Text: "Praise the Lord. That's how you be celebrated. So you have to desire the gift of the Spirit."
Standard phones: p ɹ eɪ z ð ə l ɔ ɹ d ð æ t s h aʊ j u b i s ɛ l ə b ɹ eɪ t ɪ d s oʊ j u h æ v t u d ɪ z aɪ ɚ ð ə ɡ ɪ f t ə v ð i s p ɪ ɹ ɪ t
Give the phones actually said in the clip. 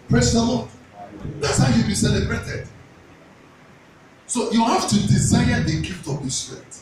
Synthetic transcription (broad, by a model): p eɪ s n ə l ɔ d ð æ t s h aʊ j u b i s ɛ l ə b ɹ eɪ t ɪ d s oʊ j u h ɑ f t u d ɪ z aɪ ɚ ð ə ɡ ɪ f t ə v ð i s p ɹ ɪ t